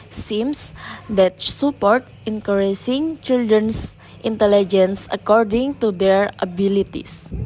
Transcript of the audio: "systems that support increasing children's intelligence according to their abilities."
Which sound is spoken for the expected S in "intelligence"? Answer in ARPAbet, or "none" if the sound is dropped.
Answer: S